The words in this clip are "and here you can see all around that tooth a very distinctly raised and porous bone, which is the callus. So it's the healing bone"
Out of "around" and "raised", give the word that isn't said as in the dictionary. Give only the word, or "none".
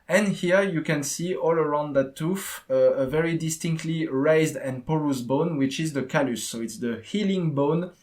none